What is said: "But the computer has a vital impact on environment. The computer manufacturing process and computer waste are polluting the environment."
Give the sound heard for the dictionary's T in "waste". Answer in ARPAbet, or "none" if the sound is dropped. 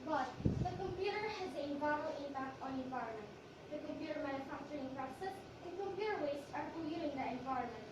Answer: none